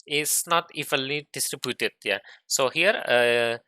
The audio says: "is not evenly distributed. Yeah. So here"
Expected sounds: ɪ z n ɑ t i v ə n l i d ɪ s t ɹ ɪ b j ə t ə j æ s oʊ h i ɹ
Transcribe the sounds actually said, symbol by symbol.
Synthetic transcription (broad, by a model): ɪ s n ɑ t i f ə l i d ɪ s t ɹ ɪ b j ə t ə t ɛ s oʊ h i ɹ